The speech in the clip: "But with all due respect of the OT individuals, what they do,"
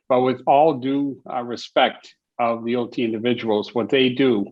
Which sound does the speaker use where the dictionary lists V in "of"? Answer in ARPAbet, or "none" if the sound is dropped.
V